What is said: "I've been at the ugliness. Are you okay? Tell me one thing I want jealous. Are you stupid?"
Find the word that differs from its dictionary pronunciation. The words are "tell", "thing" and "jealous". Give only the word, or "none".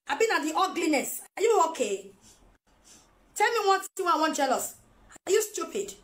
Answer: thing